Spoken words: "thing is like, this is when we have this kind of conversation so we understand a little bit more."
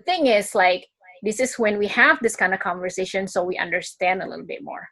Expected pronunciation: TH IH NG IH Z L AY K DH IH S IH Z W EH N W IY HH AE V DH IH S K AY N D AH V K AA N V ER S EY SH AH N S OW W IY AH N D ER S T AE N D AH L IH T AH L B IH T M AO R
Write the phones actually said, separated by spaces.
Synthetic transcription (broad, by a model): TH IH NG IH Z L AY K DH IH S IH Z W EH N W IY HH AE V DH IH S K AY N D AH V K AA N V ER S EY SH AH N S OW W IY AH N D ER S T AE N D AH L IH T L B IH T M AO R